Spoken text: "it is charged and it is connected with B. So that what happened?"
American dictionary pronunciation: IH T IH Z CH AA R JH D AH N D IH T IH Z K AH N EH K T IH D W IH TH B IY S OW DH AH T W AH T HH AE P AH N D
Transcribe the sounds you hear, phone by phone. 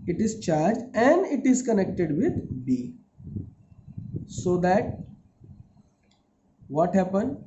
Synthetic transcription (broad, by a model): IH T IH Z CH AA R JH AH N D IH T IH Z K AH N EH K T IH D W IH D B IY S OW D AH T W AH T HH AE P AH N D